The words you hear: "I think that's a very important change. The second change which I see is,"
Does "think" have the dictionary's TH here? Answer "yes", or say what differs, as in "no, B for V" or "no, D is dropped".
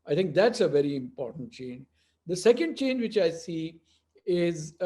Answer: no, T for TH